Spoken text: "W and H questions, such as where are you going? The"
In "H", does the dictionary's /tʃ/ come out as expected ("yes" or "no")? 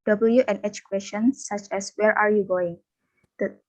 yes